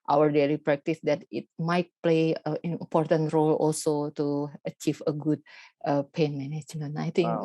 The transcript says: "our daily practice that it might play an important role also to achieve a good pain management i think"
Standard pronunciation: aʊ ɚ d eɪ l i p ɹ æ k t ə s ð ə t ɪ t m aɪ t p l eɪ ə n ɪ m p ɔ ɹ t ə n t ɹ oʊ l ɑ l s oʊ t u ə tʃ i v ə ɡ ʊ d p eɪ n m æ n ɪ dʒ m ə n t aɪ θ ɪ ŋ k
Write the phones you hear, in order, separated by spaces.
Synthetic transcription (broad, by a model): aʊ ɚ d eɪ l i p ɹ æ k t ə s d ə t ɪ t m aɪ t p l eɪ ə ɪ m p ɔ ɹ t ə n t ɹ oʊ l ɑ l s oʊ t u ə tʃ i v ə ɡ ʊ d p eɪ n m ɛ n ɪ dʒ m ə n aɪ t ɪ ŋ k